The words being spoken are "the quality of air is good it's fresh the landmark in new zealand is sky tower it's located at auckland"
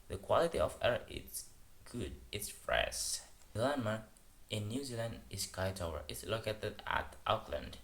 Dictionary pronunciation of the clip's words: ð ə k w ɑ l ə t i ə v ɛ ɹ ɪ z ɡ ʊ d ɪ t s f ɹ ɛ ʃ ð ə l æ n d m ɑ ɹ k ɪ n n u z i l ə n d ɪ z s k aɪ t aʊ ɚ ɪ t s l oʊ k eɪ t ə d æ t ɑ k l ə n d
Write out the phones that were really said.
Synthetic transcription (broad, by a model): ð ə k w ɑ l ə t i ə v ɛ ɹ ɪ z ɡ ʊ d ɪ t s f ɹ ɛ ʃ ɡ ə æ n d m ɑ ɹ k ɪ n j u z i l ə n d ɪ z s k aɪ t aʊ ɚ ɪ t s l oʊ k eɪ t ə d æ t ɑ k l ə n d